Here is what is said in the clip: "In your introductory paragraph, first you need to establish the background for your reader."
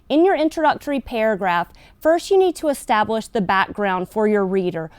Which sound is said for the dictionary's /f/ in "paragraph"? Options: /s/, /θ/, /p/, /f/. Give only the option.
/f/